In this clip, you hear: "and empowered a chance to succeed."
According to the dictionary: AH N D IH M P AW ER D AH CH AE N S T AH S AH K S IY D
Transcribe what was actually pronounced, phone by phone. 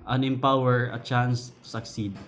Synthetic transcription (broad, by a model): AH N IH M P AW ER AH CH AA N S T AH S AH K S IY D